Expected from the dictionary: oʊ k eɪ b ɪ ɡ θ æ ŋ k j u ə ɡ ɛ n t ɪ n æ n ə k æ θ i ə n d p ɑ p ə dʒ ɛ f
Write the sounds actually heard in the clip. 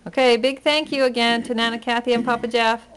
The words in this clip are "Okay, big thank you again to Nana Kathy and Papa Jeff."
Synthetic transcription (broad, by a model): oʊ k eɪ b ɪ ɡ θ æ ŋ k j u ə ɡ ɛ n t ɪ n æ n ə k æ θ i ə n p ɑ p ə dʒ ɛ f